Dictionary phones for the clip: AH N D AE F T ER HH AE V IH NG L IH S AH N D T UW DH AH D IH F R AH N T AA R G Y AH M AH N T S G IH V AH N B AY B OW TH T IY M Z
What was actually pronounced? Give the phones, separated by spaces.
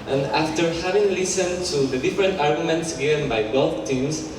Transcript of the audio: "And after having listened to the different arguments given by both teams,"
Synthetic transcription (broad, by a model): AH N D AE F T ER HH AE V IH NG L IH S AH N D T UW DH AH D IH F R AH N T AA R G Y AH M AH N T S G IH V AH N B AY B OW F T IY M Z